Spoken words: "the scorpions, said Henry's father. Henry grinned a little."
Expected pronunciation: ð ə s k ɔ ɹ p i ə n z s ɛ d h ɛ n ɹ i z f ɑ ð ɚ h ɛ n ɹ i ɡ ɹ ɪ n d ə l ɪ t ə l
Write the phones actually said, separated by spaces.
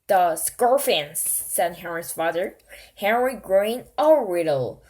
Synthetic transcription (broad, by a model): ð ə s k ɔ ɹ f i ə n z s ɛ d h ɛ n ɹ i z f ɑ ð ɚ h ɛ n ɹ i ɡ ɹ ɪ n ə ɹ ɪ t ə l